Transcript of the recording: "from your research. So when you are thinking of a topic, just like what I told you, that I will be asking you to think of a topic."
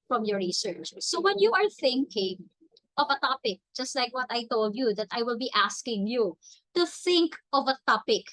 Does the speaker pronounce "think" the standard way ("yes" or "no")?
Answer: yes